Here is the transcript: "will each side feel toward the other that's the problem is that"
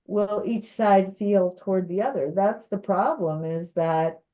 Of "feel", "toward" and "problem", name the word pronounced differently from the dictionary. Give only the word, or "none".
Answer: none